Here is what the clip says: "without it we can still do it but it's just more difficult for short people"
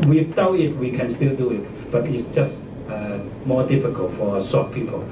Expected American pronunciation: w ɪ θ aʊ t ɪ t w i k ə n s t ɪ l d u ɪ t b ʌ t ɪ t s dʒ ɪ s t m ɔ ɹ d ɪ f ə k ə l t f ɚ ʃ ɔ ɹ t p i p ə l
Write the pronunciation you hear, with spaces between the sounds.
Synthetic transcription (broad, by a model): w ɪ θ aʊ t ɪ t w i k ə n s t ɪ l d u ɪ t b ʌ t ɪ t s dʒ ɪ s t m ɔ d ɪ f ə k ə l t f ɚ s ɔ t p i p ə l